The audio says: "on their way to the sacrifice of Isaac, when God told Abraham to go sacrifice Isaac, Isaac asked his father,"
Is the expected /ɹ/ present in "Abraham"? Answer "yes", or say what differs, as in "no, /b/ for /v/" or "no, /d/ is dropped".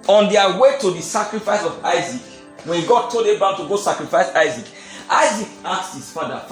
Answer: no, /ɹ/ is dropped